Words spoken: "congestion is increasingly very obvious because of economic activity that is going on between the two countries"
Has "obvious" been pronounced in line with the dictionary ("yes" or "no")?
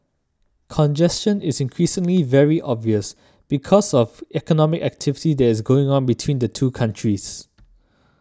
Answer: yes